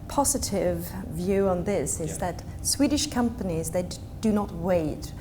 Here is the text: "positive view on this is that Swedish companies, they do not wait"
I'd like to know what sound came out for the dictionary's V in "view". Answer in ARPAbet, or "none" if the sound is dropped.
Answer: V